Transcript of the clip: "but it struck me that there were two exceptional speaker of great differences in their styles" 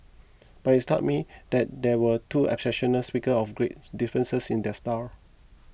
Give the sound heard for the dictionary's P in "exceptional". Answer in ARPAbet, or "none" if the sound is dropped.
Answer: none